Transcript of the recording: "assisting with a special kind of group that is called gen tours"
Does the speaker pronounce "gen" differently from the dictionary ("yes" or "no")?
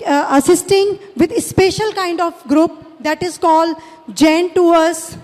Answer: no